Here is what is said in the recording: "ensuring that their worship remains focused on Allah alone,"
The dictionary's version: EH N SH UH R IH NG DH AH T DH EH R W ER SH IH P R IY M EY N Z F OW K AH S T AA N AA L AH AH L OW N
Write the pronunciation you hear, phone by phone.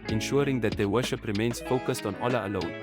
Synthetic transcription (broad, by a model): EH N SH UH R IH NG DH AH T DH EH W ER SH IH P R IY M EY N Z F OW K AH S T AA N AA L AH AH L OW N